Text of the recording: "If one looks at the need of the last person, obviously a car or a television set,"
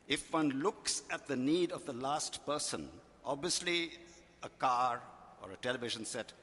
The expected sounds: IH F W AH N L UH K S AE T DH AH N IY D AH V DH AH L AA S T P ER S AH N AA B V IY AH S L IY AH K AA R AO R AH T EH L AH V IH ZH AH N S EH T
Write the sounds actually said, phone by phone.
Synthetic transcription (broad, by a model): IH F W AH N L UH K S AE T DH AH N IY D AH V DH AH L AA S T P ER S AH N AA B V IY AH S L IY AH K AA R AO R AH T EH L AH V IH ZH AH N S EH T